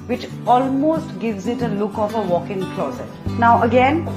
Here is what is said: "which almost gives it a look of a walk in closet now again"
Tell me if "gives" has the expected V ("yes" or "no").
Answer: yes